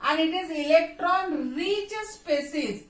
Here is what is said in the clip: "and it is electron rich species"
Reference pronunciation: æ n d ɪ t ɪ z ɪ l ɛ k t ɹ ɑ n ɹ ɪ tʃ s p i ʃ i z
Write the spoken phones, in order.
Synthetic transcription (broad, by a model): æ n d ɪ t ɪ z ɪ l ɛ k t ɹ ɑ n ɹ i s s p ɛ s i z